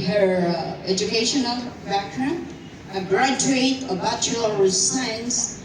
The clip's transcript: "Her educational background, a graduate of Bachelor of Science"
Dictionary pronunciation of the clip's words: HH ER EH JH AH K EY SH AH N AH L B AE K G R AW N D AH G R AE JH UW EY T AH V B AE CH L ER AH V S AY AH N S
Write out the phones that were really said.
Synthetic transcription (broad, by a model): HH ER EH JH AH K EY SH AH N AH L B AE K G R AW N AH G R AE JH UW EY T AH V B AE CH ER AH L S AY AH N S